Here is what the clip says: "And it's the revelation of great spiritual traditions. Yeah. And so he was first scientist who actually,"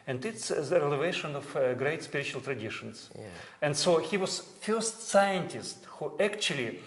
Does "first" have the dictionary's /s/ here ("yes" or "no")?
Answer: yes